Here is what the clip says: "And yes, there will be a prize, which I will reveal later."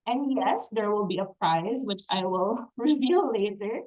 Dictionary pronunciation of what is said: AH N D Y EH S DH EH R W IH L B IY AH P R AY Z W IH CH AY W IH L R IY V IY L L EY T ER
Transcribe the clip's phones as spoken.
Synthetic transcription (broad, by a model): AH N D Y EH S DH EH R W IH L B IY AH P R AY Z W IH CH AY W IH L R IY V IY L L EY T ER